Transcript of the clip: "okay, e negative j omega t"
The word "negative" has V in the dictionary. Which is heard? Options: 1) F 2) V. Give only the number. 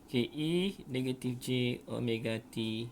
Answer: 1